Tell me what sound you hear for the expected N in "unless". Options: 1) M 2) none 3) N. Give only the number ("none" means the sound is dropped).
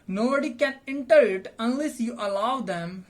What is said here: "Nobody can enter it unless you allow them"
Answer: 3